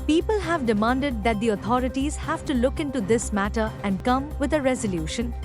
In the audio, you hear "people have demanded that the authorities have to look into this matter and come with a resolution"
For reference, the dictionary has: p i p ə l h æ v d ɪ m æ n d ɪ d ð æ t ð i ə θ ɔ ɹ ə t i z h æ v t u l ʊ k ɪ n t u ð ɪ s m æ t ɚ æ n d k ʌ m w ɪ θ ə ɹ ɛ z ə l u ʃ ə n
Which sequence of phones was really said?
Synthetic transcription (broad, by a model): p i p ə l h æ v d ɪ m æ n d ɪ d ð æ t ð i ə t ɔ ɹ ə t i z h æ v t u l ʊ k ɪ n t u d ɪ s m æ t ɚ æ n d k ʌ m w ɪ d ə ɹ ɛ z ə l u ʃ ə n